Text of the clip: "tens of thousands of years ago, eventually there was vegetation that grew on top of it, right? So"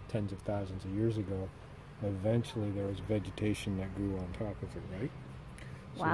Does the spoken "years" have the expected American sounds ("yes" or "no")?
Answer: yes